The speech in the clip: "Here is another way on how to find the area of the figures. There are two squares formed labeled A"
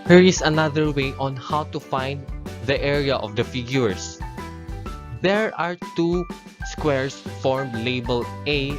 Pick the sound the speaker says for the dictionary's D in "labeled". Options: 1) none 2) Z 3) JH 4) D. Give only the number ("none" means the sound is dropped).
1